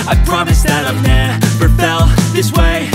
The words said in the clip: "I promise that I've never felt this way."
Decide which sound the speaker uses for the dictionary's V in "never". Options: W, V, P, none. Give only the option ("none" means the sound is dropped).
P